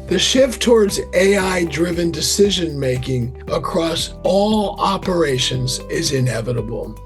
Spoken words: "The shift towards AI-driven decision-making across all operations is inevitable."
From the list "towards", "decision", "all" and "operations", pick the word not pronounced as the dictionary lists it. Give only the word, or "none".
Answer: none